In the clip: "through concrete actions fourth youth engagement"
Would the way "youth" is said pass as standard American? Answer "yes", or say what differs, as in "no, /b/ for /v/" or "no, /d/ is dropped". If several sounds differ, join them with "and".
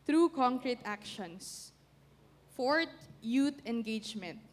no, /t/ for /θ/